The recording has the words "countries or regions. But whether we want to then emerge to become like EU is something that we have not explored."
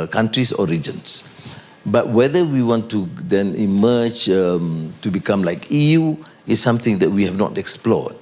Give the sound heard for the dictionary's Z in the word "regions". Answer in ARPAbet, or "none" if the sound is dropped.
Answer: S